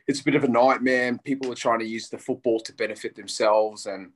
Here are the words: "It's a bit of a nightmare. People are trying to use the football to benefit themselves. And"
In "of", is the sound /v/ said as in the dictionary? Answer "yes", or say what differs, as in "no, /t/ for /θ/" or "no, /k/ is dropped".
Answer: yes